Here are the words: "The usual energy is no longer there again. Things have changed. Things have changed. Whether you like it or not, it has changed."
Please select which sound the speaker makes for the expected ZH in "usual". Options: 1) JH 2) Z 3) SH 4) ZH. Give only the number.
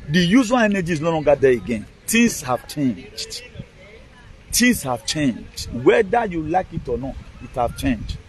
2